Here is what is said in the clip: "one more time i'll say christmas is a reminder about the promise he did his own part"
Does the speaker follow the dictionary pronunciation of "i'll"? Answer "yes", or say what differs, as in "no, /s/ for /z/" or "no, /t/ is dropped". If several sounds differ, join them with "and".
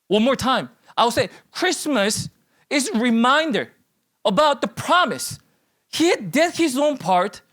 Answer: no, /w/ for /l/